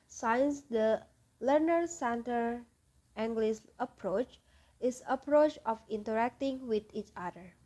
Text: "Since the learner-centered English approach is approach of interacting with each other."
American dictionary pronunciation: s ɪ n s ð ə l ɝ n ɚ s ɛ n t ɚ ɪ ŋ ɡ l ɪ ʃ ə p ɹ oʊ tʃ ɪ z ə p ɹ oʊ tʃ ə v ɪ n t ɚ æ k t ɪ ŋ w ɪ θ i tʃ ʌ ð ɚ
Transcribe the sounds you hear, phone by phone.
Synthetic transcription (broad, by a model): s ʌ n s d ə l ɝ n ɚ s ɛ n t ɚ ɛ ŋ ɡ l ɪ s ə p ɹ oʊ tʃ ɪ s ə p ɹ oʊ tʃ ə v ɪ n t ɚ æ k t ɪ ŋ w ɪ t i tʃ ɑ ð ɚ